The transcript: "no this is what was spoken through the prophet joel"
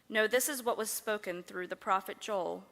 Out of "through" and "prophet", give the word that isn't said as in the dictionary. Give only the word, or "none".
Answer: none